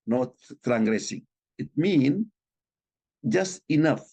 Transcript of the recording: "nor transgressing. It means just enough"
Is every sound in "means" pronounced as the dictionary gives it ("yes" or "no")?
no